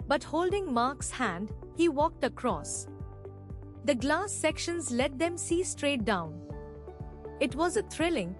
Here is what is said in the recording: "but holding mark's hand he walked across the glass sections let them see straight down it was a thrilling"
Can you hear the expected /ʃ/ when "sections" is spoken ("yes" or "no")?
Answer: yes